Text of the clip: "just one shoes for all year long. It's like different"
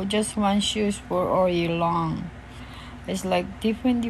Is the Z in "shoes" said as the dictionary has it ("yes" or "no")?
no